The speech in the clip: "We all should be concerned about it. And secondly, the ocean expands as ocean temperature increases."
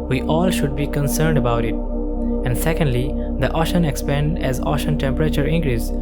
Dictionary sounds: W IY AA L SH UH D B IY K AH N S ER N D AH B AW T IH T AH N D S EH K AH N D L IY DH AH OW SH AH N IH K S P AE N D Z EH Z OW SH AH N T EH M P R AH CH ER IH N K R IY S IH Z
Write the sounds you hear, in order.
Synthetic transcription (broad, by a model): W IY AA L SH UH D B IY K AH N S ER N D AH B AW T IH T AH N D S EH K AH N D L IY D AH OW SH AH N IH K S P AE N D EH Z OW SH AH N T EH M P R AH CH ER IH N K R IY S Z